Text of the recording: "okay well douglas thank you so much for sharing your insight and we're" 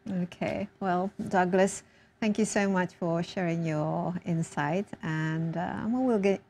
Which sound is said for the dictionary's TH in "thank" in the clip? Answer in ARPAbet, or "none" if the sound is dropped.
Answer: TH